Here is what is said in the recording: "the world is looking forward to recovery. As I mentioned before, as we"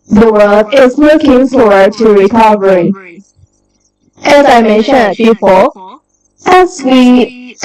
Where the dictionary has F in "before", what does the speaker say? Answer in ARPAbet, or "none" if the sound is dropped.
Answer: P